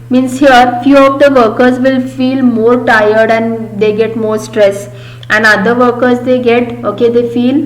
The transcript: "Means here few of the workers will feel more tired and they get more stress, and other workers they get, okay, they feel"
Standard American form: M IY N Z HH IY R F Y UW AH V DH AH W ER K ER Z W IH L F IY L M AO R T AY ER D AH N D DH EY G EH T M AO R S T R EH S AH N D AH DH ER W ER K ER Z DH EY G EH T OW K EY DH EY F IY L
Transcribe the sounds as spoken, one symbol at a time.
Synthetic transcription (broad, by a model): M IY N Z HH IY R F Y UW AH V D AH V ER K ER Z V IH L F IY L M AO R T AY ER D AH N D EY G EH T M AO R S T R EH S AH N D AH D ER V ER K ER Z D EY G EH T OW K EY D EY F IY L